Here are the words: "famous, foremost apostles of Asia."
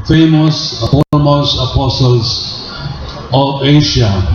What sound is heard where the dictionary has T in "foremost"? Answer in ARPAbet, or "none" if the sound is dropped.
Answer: none